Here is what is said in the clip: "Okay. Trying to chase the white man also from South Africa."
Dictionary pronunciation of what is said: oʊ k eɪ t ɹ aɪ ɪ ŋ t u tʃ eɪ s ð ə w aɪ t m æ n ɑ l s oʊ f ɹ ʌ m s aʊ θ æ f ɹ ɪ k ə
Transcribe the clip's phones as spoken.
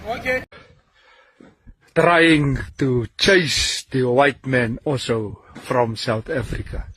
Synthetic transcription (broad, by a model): t ɹ aɪ ɪ ŋ t u tʃ eɪ s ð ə w aɪ t m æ n ɑ l s oʊ f ɹ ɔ m s aʊ θ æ f ɹ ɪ k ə